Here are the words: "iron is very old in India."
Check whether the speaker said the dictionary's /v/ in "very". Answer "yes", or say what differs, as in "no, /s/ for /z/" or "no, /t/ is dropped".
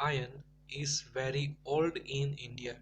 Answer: yes